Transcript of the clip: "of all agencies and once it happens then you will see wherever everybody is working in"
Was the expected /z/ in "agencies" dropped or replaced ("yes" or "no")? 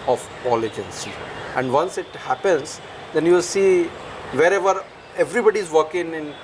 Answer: yes